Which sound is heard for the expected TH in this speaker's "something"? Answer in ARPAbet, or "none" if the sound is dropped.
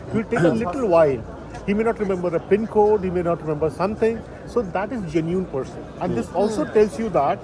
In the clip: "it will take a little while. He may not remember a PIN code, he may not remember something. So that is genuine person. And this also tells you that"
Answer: T